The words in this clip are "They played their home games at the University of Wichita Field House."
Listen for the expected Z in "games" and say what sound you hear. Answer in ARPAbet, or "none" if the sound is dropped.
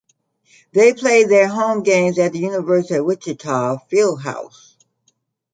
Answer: Z